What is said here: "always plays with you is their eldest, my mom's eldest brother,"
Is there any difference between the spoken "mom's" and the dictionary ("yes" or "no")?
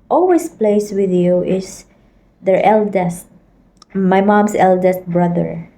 yes